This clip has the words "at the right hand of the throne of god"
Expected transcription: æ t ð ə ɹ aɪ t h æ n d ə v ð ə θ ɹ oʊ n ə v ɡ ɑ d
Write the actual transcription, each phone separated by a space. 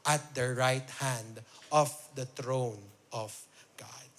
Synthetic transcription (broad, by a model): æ t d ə ɹ aɪ t h æ n d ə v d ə t ɹ oʊ n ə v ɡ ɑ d